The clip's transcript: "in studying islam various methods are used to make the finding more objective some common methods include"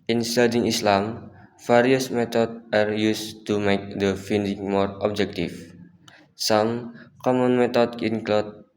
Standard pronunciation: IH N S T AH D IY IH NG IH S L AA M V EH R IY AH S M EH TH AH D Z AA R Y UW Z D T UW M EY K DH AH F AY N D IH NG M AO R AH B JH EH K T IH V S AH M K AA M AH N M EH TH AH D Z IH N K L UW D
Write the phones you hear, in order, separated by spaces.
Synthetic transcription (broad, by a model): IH N S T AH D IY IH NG IH S L AA M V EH R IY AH S M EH T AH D AA R Y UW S T UW M EY K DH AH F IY N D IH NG M AO R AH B JH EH K T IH F S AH M K AA M AH N M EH T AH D IH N K L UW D